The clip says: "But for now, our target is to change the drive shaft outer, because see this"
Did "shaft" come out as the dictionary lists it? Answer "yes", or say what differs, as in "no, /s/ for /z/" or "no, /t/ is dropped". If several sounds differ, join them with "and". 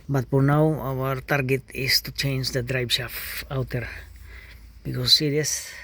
no, /t/ is dropped